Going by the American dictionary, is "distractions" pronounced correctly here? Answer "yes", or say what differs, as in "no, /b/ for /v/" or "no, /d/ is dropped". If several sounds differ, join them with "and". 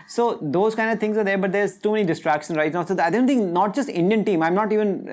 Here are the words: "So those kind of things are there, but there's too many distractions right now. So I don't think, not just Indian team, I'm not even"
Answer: no, /z/ is dropped